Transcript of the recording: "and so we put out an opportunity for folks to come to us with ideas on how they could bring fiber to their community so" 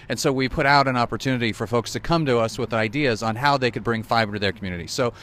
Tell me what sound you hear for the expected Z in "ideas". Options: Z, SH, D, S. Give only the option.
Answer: Z